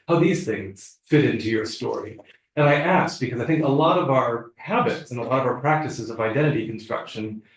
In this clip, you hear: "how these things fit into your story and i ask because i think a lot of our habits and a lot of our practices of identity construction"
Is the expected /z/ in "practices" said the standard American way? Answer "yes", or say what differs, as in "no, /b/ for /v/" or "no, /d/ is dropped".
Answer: yes